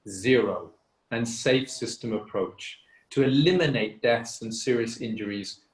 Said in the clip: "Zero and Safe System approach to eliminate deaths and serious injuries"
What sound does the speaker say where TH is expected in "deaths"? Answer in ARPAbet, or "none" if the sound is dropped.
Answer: TH